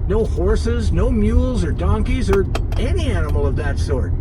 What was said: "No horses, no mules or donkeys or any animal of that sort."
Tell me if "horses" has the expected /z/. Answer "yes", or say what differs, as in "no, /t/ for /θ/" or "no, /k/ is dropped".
yes